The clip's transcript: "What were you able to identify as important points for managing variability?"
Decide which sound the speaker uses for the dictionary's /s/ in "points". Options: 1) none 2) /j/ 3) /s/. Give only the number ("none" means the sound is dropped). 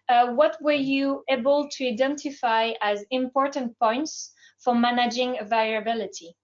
3